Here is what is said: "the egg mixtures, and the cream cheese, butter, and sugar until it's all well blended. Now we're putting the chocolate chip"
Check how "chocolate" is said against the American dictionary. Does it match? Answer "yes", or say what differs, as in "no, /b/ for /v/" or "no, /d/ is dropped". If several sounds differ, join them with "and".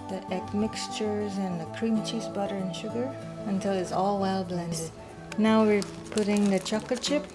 no, /l/ is dropped